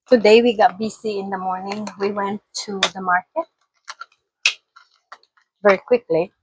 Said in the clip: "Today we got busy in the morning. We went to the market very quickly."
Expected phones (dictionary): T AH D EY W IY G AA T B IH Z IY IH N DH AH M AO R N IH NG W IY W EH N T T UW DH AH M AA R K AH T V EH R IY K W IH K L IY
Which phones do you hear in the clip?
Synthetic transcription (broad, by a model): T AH D EY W IY G AA T B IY S IY IH N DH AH M AO R N IH NG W IY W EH N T T UW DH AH M AA R K AH T V EH R IY K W IH K L IY